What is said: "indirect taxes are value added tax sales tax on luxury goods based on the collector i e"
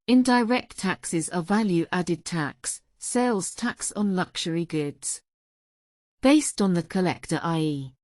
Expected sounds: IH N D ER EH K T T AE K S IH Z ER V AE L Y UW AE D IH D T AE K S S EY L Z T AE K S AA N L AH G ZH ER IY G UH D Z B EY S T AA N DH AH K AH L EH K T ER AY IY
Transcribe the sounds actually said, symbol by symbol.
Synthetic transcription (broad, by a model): IH N D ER EH K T T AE K S IH Z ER V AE L Y UW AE D IH D T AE K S S EY L Z T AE K S N L AH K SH ER IY G UH D Z B EY S T N DH AH K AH L EH K T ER AY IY